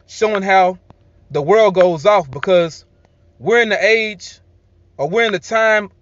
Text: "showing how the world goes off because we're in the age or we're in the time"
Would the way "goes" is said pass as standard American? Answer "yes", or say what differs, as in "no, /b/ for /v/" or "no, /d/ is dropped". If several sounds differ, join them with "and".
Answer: yes